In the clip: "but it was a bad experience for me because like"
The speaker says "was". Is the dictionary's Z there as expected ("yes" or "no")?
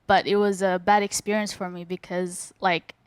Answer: yes